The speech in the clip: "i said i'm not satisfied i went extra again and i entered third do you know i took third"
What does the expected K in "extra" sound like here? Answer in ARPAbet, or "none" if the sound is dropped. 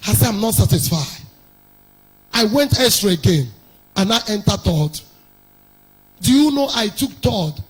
none